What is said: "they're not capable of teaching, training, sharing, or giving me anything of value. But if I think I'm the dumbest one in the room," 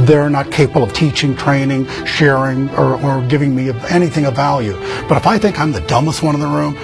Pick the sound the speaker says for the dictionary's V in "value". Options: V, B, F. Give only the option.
V